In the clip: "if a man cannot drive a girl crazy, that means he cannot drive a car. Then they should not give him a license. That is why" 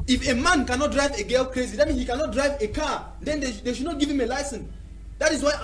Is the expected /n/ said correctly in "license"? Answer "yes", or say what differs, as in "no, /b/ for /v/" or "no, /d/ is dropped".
yes